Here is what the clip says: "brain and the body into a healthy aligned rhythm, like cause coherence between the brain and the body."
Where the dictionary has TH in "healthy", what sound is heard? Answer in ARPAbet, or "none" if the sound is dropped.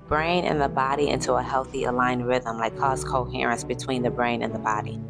TH